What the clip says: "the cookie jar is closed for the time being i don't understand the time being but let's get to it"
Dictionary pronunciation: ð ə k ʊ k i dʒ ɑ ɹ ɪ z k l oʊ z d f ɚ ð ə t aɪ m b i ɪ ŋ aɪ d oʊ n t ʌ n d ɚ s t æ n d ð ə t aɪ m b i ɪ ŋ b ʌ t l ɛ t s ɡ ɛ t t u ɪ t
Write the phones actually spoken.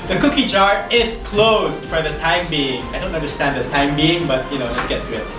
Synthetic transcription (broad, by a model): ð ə k ʊ k i dʒ ɑ ɹ ɪ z k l oʊ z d f ɚ ð ə t aɪ m b i ɪ ŋ aɪ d oʊ n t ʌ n d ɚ s t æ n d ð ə t aɪ m b i ɪ ŋ b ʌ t n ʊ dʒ s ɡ ɛ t t u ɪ t